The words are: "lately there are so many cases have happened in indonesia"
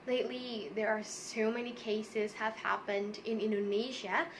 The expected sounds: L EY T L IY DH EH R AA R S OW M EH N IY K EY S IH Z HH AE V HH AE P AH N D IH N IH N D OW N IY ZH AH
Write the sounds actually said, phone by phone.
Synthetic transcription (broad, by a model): L EY T L IY DH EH R AA R S OW M EH N IY K EY S IH Z HH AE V HH AE P AH N D IH N IH N D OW N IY ZH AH